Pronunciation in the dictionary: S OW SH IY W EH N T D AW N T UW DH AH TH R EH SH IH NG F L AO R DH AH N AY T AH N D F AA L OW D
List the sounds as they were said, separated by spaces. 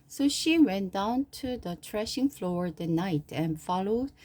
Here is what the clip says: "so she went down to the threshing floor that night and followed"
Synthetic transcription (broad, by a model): S OW SH IY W EH N D AW N T UW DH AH T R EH SH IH NG F L AO R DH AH N AY T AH N F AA L OW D